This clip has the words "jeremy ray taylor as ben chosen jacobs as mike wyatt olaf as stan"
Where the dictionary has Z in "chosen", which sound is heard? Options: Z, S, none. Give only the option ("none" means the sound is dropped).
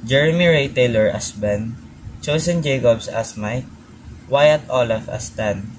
S